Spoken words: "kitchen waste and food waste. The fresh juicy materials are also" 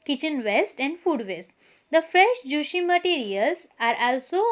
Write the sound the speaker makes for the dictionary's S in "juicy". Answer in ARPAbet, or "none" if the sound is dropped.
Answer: SH